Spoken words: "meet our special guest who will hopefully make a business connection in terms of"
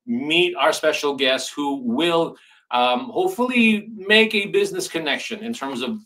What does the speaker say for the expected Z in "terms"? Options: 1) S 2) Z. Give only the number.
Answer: 2